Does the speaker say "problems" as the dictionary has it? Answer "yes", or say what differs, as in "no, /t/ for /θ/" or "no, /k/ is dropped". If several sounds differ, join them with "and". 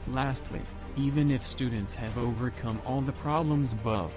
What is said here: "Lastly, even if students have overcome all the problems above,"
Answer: yes